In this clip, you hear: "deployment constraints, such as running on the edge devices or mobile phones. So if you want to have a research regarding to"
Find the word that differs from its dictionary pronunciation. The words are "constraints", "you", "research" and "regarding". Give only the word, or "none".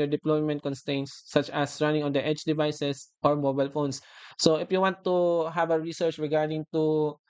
constraints